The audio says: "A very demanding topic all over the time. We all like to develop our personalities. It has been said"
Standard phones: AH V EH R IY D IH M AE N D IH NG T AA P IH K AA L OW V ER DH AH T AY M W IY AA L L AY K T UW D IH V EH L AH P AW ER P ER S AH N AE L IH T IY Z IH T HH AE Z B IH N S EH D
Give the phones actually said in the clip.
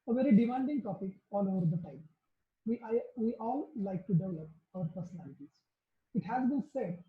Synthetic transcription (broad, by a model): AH V EH R IY D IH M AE N D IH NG T AA P IH K AA L OW V ER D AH T AY M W IY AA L L AY K T UW D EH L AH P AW ER P ER S AH N AE L IH T IY Z IH T HH AE Z B IH N S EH D